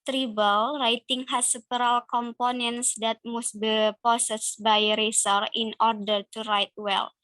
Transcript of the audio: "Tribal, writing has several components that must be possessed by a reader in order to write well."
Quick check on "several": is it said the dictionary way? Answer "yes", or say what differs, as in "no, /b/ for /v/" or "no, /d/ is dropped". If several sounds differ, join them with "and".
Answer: no, /p/ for /v/